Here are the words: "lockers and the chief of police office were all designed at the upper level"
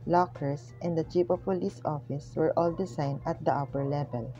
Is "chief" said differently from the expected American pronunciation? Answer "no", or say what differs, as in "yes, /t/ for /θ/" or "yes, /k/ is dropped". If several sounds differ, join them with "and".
yes, /p/ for /f/